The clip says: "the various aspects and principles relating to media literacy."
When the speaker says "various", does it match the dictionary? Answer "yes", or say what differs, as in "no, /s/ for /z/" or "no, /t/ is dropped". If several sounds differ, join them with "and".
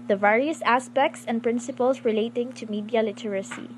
yes